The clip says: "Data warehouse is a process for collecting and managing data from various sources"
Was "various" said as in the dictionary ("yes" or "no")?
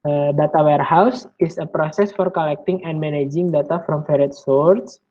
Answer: no